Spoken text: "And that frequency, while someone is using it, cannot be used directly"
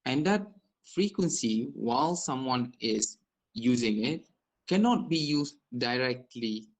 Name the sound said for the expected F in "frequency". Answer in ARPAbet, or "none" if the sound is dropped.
F